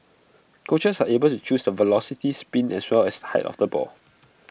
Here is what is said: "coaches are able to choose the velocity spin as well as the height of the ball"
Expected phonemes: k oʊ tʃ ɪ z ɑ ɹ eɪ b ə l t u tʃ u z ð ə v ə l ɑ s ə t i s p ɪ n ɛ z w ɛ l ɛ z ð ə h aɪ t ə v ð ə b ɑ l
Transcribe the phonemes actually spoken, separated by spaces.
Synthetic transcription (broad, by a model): k oʊ tʃ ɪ s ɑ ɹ eɪ b ə l t u tʃ u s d ə v ə l ɑ s ə t i s p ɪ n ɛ s w ɛ l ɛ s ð ə h aɪ t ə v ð ə b ɑ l